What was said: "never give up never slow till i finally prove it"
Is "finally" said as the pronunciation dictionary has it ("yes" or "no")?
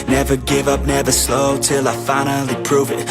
yes